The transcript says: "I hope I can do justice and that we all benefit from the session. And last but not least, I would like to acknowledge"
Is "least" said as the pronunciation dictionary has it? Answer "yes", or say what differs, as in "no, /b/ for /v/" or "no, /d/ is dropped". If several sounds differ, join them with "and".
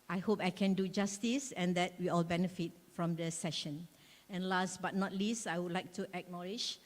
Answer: yes